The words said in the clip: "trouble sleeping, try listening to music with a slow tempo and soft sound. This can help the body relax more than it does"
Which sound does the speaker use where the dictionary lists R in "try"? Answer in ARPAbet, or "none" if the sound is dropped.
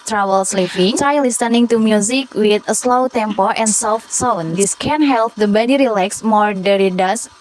none